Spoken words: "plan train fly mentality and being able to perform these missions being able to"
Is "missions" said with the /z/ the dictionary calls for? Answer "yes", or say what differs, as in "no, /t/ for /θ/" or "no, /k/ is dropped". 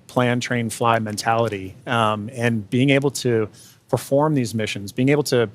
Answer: yes